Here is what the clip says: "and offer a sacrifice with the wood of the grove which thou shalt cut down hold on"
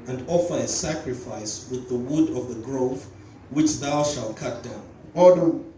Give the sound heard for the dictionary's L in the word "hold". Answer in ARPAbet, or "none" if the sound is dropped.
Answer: none